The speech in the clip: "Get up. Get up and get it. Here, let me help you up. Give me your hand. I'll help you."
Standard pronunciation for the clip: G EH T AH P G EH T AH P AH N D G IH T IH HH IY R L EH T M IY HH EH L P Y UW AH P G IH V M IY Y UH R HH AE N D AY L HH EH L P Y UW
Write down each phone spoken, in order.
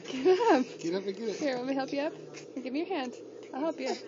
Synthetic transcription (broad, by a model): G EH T AH P G EH T AH P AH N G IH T IH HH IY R W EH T M IY HH EH L P Y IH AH P G IH V M IY Y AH R HH AE N D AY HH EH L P Y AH